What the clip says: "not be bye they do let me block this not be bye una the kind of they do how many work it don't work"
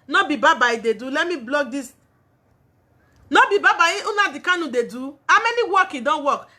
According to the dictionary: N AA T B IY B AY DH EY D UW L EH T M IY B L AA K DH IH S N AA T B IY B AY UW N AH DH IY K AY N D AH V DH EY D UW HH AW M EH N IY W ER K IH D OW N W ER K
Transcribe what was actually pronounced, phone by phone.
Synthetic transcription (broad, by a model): N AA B B IY B AY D EY D UW L EH T M IY B L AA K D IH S N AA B B IY B AY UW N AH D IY K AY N AH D EY D UW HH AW M EH N IY W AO K IH D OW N W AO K